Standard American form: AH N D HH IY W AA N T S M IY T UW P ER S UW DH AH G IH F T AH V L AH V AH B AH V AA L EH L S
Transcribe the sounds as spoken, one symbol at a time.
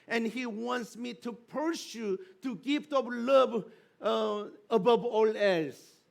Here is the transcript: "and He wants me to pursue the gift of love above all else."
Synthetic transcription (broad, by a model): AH N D HH IY W AA N T S M IY T UW P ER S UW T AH G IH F T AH P L AH V AH B AH V AA L EH L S